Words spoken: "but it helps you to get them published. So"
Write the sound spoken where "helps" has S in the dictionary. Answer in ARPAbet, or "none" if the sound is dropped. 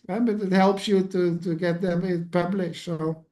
S